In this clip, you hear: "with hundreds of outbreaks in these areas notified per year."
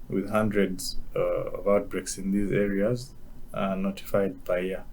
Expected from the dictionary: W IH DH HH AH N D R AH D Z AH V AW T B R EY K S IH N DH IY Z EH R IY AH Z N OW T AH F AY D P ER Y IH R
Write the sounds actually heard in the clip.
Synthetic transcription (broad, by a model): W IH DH HH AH N D R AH D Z AH V AW T B R EY K S IH N DH IY Z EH R IY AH Z N OW T AH F AY D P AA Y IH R